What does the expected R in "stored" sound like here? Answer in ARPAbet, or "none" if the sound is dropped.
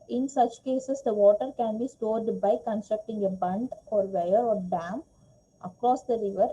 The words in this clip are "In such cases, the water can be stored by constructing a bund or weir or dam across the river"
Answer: R